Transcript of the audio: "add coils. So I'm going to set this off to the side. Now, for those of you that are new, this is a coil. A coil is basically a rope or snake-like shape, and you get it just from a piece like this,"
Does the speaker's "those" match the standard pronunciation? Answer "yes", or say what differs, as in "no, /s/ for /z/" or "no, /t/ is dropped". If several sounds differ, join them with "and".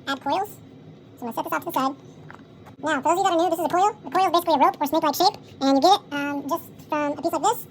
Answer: no, /z/ is dropped